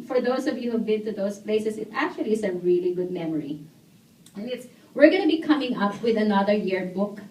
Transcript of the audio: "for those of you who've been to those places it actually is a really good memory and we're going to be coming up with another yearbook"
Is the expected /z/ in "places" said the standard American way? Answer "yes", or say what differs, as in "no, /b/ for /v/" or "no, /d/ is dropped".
no, /s/ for /z/